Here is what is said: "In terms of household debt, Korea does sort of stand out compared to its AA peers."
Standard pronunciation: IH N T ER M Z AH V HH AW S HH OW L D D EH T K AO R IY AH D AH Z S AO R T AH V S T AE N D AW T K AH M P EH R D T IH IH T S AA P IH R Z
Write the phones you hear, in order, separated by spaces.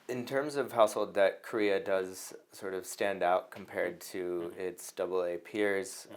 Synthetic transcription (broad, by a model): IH N T ER M Z AH V HH AW S HH OW L D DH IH T K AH R IY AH D AH Z S AO R T AH V S T AE N D AW T K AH M P EH R D T IH IH T S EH P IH R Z